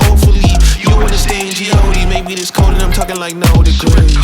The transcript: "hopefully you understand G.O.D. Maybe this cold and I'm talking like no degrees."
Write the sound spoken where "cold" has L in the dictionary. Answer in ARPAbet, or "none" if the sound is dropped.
none